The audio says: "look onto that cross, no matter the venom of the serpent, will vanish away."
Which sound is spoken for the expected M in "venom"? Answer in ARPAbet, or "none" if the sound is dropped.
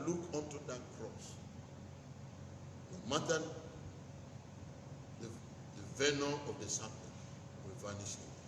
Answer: none